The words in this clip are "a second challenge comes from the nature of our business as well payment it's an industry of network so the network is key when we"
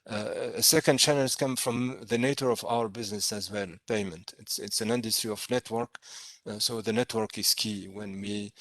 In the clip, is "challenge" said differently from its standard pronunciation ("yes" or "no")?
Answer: yes